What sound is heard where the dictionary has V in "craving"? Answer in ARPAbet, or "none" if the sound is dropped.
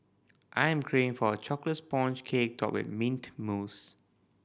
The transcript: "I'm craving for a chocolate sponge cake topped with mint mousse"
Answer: none